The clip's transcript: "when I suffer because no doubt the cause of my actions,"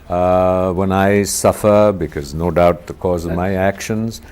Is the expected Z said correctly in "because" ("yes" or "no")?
yes